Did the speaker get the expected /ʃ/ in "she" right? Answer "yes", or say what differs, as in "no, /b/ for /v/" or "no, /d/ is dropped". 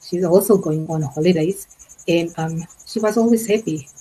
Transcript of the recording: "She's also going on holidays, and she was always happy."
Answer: yes